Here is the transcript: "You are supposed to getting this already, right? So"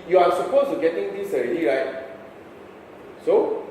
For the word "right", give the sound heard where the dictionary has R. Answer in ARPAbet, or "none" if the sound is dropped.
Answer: R